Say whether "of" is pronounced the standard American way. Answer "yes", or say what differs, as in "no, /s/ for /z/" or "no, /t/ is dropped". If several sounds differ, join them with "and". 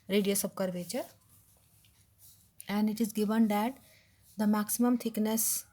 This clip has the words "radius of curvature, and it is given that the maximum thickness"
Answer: no, /b/ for /v/